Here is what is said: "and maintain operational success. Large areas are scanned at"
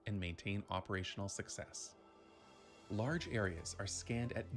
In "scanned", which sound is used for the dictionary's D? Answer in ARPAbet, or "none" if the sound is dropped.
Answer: D